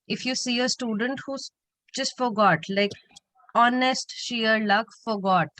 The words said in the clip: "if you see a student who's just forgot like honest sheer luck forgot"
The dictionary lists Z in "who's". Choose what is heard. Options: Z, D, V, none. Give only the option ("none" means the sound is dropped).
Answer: none